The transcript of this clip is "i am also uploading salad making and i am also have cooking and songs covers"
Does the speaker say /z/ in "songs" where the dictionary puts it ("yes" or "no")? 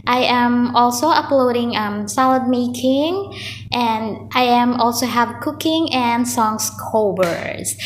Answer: no